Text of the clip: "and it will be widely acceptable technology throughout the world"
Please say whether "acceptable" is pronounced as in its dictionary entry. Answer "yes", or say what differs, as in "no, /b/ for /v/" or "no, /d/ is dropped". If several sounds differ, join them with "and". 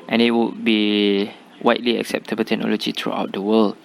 yes